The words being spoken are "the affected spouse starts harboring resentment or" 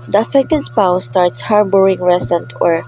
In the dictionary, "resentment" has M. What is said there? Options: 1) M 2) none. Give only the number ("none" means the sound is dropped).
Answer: 2